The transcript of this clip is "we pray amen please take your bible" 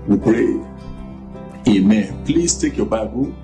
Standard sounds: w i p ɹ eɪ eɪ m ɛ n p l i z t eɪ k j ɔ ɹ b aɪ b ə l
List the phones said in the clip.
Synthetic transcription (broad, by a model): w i p ɹ eɪ eɪ m ɛ n p l i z t eɪ k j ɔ b aɪ b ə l